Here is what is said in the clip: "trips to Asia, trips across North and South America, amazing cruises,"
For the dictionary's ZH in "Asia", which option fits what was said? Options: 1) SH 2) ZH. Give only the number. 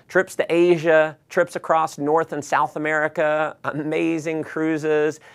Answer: 2